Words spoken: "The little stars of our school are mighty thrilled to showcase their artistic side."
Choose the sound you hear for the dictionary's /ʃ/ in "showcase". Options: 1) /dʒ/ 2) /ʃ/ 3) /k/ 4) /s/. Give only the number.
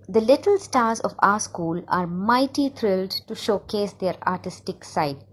2